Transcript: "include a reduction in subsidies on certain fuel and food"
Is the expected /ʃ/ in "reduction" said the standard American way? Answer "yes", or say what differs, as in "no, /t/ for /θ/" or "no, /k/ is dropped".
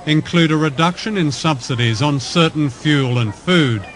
yes